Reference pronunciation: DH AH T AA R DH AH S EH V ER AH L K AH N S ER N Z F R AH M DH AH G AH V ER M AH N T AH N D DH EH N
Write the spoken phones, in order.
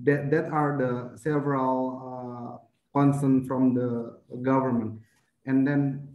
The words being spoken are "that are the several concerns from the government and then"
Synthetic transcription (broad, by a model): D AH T AA R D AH S EH V ER AH L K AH N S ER N F R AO M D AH G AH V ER M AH N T AH N D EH N